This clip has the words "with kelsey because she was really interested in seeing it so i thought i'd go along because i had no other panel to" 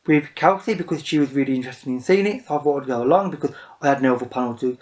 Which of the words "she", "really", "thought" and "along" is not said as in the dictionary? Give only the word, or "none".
thought